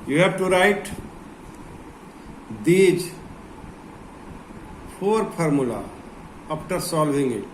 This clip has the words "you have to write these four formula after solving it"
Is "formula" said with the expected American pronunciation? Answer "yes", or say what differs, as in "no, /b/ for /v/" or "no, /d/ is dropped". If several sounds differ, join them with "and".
no, /p/ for /f/